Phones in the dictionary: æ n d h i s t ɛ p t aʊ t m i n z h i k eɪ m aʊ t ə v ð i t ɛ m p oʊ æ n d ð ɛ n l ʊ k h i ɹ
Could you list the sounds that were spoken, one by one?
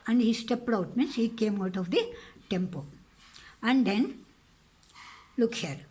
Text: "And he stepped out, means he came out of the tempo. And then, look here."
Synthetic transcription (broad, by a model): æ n d h i s t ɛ p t aʊ t m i n s h i k eɪ m aʊ t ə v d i t ɛ m p oʊ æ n d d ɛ n l ʊ k h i ɹ